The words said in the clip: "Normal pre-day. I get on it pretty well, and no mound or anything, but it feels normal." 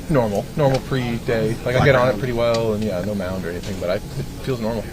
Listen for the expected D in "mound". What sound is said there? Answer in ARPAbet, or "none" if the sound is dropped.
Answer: D